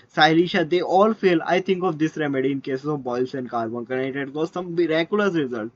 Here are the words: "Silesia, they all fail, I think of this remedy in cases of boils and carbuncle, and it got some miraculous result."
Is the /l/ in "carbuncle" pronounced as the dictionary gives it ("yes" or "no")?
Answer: no